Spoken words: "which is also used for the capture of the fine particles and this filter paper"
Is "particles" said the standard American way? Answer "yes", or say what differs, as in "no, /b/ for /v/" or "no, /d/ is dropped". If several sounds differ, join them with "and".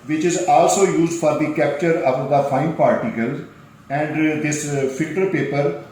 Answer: yes